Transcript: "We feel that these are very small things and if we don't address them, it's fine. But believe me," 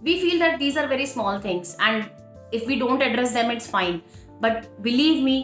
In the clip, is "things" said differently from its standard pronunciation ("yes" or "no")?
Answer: yes